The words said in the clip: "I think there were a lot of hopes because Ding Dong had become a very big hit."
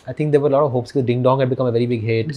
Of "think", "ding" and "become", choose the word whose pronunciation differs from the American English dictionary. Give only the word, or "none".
think